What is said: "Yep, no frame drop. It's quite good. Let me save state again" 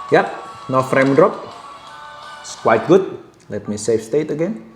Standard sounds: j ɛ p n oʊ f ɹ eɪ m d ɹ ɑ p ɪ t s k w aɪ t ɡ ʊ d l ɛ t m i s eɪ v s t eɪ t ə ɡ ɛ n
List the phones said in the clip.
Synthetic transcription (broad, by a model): j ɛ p n oʊ f ɹ eɪ m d ɹ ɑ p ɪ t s k w aɪ t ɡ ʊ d l ɛ t m i s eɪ f s t eɪ t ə ɡ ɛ n